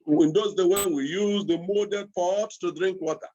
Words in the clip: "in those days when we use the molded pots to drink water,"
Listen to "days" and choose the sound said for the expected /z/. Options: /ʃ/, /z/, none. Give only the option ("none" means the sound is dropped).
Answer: none